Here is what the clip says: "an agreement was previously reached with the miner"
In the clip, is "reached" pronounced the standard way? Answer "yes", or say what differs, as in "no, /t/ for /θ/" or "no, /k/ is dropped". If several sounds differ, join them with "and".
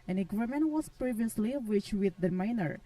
no, /w/ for /ɹ/